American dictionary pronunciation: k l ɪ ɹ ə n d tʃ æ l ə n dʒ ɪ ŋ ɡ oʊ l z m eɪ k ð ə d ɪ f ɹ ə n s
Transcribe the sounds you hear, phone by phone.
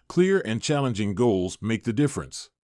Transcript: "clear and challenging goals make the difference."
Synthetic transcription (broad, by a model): k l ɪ ɹ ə n tʃ æ l ə n dʒ ɪ ŋ ɡ oʊ l z m eɪ k ð ə d ɪ f ɹ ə n s